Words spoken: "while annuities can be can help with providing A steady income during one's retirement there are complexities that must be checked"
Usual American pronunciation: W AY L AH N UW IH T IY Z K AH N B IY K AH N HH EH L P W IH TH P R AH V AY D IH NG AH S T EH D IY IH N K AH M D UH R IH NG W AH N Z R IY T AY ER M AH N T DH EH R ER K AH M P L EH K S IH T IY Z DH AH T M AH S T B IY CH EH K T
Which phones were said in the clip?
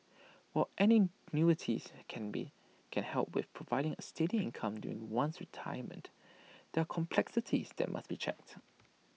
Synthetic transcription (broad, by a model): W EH N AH N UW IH T IY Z K AH N B IY K AH N HH EH L P W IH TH P R AH V AY D IH NG AH S T EH D IY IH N K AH M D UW R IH NG W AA N S R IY T AY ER M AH N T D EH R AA K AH M P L EH K S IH T IY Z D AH T M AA S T B IY CH EH K T